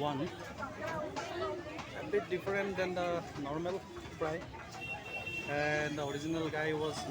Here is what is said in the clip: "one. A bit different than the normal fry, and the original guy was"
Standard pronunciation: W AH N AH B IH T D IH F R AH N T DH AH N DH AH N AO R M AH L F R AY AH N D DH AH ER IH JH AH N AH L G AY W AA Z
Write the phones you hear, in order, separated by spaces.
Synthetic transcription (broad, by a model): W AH N AH B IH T D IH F R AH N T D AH N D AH N AO R M AH L P R AY AH N D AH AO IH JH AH N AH L G AY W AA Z